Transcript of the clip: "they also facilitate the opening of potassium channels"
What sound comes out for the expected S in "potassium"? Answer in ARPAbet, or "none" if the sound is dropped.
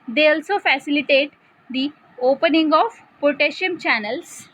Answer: SH